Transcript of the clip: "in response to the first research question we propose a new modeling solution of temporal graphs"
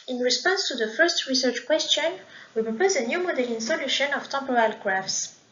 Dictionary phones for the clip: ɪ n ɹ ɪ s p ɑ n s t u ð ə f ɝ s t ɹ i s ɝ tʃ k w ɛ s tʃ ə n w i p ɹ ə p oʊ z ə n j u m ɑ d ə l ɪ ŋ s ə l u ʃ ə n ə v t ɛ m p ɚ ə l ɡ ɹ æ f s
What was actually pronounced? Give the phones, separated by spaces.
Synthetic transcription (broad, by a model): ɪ n ɹ ɪ s p ɑ n s t u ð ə f ɝ s t ɹ i s ɝ tʃ k w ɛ s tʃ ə n w i p ɹ ə p oʊ z ə n j u m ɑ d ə l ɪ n s ə l u ʃ ə n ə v t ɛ m p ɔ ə l ɡ ɹ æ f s